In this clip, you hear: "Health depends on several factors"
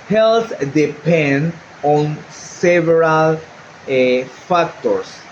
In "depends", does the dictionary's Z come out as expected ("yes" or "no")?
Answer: no